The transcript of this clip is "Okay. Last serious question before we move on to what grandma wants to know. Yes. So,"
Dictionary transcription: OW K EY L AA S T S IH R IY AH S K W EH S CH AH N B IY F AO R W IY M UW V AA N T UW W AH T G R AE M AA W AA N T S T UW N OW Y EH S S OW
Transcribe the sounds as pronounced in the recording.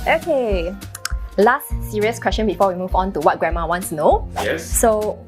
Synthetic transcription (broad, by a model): OW K EY L AA S T S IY R IY AH S K W EH S CH AH N B IY F AO W IY M UW V AA N T UW W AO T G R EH M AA W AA N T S T UW N OW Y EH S S OW